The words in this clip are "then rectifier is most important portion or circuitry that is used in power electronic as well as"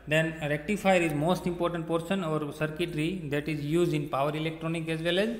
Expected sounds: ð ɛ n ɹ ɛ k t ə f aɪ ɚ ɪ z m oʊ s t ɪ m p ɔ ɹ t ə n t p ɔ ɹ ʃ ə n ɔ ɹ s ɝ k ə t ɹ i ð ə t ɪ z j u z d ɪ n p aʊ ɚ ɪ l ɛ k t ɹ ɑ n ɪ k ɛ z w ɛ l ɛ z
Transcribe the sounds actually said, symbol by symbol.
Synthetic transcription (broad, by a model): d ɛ n ɹ ɛ k t ə f aɪ ɚ ɪ z m oʊ s t ɪ m p ɔ ɹ t ə n t p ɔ ɹ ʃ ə n ɔ ɹ s ɝ k ə t ɹ i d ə t ɪ z j u z d ɪ n p aʊ ɚ ɪ l ɛ k t ɹ ɑ n ɪ k ɛ z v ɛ l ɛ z